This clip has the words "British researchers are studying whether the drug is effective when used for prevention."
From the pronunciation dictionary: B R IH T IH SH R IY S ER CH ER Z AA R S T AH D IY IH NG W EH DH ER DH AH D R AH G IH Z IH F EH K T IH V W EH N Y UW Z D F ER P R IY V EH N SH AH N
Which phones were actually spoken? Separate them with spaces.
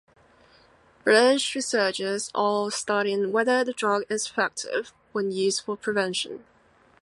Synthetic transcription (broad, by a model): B R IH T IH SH R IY S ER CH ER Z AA L S T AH D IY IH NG W EH DH ER DH AH D R AH G IH Z F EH K T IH V W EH N Y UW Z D F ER P R IY V EH N SH AH N